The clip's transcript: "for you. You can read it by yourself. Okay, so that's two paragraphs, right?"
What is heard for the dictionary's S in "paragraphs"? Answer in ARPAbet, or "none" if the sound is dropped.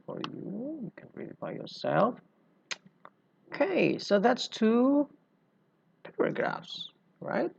S